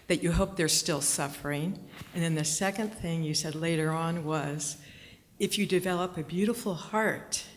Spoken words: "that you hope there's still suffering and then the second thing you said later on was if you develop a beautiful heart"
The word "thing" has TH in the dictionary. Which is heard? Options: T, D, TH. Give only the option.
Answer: TH